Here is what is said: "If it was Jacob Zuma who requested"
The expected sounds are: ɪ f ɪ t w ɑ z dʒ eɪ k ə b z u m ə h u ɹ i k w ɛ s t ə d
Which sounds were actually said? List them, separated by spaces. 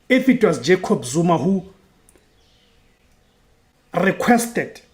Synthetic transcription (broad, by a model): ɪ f ɪ t w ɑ s dʒ eɪ k ə b z u m ə h u ɹ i k w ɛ s t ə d